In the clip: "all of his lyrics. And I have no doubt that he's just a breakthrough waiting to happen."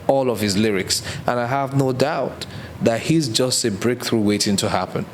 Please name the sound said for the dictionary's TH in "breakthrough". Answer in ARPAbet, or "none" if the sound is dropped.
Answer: TH